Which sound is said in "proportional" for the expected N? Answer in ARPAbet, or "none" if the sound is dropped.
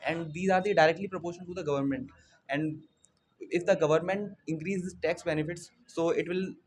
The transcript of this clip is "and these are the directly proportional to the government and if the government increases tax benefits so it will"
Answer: none